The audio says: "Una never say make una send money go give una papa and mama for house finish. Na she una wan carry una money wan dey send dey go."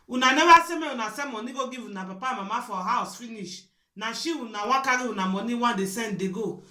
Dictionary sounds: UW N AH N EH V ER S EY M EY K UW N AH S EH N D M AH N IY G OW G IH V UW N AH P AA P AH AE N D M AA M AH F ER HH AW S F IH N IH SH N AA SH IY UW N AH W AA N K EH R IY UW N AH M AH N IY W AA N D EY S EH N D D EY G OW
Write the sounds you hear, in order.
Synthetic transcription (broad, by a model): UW N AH N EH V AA S EY M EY UW N AH S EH M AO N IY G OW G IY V UW N AH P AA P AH M AA M AH F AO HH AW S F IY N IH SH N AA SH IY UW N AH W AA K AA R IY UW N AH M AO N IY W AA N D EY S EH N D D EY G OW